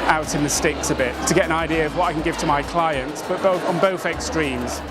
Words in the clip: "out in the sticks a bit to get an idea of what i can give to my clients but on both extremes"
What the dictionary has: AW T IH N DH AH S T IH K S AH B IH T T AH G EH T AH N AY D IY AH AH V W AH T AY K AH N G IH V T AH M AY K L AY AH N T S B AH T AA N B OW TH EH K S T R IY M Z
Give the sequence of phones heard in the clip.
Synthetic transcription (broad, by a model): AW T IH N DH AH S T IH K S AH B IH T T AH G EH T AH N AY D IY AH AH V W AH T AY K AH N G IH V T AH M AY K L AY AH N T S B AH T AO N B OW TH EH K S T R IY M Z